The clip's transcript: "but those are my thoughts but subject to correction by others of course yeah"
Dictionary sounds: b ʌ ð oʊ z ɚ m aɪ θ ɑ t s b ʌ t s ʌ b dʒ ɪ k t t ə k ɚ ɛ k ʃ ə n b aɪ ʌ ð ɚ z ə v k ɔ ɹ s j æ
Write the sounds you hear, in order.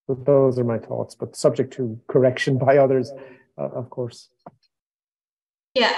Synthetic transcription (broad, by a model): ð oʊ z ɚ m aɪ θ ɑ t s b ʌ t s ʌ b dʒ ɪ k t t ə k ɚ ɛ k ʃ ə n b aɪ ʌ ð ɚ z ə v k ɔ ɹ s j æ